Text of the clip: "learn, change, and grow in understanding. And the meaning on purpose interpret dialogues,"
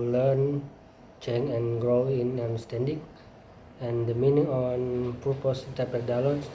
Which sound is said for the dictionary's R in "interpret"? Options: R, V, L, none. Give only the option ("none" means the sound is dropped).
none